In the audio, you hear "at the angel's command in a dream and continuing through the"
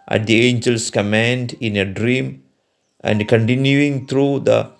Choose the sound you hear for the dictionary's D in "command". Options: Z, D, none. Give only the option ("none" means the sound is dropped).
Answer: D